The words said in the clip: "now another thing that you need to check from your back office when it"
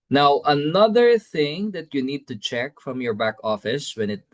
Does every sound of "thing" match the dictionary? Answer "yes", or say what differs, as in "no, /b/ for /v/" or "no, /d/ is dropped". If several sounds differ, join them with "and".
yes